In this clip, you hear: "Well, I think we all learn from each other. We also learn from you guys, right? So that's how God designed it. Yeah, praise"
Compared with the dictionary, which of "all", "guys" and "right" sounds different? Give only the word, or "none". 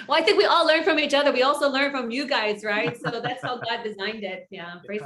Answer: none